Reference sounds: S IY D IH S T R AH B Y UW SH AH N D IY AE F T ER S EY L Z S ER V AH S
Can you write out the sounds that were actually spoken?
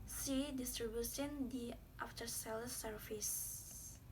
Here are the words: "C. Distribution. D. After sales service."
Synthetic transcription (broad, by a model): S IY D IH S T R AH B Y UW S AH N D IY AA F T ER S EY L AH S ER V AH S